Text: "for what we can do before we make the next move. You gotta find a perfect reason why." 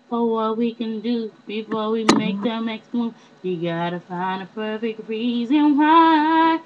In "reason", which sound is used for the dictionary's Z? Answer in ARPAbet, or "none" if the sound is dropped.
Z